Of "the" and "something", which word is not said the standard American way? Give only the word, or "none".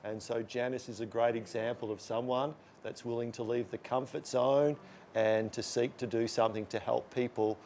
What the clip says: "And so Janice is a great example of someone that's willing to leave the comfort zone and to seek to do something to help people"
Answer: none